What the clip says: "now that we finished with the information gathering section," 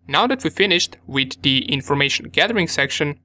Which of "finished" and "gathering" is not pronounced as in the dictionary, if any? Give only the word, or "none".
none